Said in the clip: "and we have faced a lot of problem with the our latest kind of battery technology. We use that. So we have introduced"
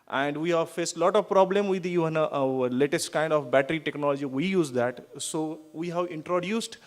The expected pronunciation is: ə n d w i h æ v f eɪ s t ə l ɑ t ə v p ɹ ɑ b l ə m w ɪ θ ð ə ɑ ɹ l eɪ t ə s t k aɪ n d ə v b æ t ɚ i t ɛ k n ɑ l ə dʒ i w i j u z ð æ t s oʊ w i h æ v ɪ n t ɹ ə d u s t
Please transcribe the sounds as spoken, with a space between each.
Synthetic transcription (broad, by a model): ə n d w i h æ v f eɪ s t l ɑ t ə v p ɹ ɑ b l ə m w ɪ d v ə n l eɪ t ə s t k aɪ n d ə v b æ t ɚ i t ɛ k n ɑ l ə dʒ i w i j u z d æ t s oʊ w i h æ v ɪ n t ɹ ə d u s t